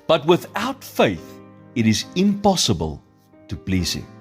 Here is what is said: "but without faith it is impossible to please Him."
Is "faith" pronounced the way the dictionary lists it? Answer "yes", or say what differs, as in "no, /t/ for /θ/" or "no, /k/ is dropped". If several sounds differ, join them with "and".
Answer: yes